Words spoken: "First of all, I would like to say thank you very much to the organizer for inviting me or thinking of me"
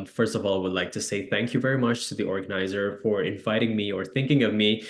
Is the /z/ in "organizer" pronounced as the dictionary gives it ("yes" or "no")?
yes